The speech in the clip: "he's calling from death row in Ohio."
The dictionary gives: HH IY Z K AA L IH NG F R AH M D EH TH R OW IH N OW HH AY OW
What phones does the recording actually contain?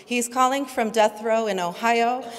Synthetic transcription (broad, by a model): HH IY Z K AA L IH NG F R AH M D EH TH R OW IH N OW HH AY OW